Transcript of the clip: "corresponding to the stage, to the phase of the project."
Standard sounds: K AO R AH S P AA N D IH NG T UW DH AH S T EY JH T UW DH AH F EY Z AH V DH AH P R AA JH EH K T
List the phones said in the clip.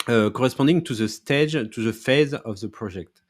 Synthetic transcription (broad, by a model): K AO R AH S P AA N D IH NG T UW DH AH S T EY JH T UW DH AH F EY Z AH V DH AH P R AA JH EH K T